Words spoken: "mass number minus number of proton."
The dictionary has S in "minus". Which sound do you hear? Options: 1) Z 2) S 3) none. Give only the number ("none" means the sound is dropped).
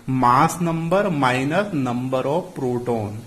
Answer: 2